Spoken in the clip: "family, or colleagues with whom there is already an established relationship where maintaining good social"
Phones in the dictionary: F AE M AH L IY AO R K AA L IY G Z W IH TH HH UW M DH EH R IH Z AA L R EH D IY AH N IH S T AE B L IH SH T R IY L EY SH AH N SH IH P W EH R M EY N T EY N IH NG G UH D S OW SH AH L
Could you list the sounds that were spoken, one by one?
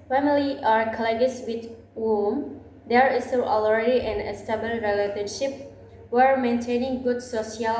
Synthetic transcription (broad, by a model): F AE M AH L IY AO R K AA L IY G S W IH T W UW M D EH R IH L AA L R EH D IY AH N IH S T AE B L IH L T R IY L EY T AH N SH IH P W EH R M EY N T EY N IH NG G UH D S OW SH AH L